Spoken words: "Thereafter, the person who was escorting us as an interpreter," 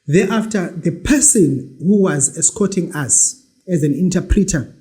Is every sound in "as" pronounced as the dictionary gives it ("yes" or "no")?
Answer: yes